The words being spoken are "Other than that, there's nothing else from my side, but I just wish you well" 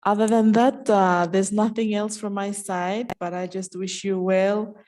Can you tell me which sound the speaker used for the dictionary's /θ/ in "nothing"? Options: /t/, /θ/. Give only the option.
/θ/